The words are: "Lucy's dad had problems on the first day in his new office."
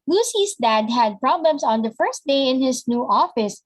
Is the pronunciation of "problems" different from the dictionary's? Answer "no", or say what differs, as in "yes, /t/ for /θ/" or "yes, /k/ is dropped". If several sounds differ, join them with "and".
yes, /s/ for /z/